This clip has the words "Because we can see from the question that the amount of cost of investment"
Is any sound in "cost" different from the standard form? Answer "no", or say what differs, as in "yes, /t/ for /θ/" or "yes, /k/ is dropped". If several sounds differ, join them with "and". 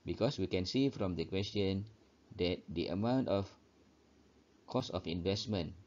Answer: yes, /t/ is dropped